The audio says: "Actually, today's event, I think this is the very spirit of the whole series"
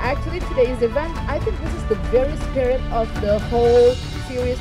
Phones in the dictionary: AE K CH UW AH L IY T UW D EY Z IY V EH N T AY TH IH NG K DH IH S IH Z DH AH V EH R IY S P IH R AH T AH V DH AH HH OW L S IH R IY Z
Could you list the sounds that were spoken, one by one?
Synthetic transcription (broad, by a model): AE K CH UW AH L IY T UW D EY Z IY V EH N T AY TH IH NG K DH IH S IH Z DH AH V EH R IY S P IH R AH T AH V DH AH HH OW L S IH R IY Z